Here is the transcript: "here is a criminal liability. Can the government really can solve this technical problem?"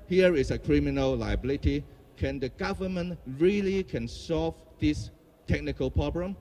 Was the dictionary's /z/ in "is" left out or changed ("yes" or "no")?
yes